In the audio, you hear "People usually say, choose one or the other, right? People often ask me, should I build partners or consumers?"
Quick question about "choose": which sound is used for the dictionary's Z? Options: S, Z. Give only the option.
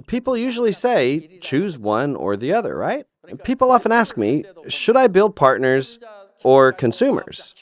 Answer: Z